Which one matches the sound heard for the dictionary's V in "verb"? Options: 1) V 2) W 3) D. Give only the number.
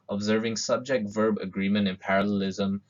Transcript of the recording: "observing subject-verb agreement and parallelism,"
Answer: 1